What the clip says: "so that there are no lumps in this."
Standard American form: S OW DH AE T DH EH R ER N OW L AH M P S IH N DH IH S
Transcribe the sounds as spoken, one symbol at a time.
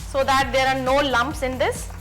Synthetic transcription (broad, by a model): S OW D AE T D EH R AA N OW L AH M P S IH N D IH S